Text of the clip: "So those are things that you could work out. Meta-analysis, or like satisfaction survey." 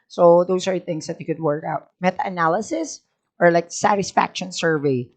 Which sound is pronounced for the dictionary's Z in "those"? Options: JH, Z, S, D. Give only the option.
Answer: S